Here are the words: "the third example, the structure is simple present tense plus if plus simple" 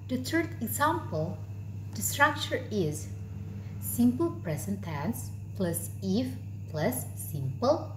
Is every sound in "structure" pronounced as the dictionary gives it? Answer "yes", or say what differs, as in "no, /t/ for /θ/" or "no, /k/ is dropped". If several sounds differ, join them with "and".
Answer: yes